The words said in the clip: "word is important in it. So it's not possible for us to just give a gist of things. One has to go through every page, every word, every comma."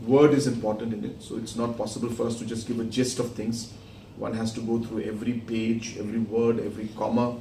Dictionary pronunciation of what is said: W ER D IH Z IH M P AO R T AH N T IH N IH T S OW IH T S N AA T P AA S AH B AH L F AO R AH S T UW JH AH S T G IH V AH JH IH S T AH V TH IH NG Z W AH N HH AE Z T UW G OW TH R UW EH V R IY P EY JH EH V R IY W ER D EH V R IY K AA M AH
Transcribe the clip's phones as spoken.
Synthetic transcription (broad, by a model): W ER D IH Z IH M P AO R T AH N T IH N IH T S OW IH T S N AA T P AA S AH B AH L F AO R AH S T UW JH AH S T G IH V AH JH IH S T AH V T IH NG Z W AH N HH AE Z T UW G OW T R UW EH V R IY P EY JH EH V R IY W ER D EH V R IY K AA M AH